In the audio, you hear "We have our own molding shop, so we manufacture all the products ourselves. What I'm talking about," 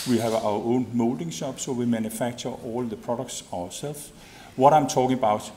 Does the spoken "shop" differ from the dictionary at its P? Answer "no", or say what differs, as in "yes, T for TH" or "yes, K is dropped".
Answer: yes, B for P